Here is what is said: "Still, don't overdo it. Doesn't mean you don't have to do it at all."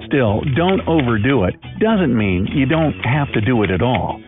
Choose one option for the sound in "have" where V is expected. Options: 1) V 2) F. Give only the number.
2